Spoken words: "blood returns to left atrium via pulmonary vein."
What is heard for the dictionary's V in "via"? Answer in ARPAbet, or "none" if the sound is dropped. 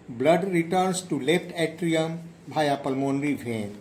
B